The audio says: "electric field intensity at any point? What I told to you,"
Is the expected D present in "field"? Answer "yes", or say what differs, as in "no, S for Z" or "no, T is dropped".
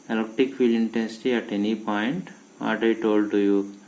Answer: no, D is dropped